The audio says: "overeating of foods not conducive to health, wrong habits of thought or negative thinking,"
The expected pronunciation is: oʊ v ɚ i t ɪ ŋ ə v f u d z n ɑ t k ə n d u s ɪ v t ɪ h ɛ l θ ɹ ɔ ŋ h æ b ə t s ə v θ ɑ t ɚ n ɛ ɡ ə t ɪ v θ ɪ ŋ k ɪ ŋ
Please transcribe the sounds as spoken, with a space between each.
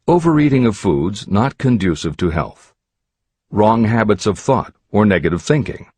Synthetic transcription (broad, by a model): oʊ v ɚ i t ɪ ŋ ə v f u d z n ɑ t k ə n d u s ɪ v t ɪ h ɛ l θ ɹ ɔ ŋ h æ b ə t s ə v θ ɑ t ɚ n ɛ ɡ ə t ɪ v θ ɪ ŋ k ɪ ŋ